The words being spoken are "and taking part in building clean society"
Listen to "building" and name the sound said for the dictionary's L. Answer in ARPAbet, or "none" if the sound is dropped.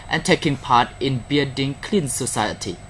none